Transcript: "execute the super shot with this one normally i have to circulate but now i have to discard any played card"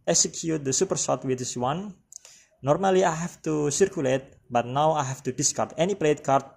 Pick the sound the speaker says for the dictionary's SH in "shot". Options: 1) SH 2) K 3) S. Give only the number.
3